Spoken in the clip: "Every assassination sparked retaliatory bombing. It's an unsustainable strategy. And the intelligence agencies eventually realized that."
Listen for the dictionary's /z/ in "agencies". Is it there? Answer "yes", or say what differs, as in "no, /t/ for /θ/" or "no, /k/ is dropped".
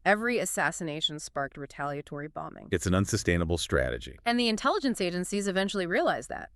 yes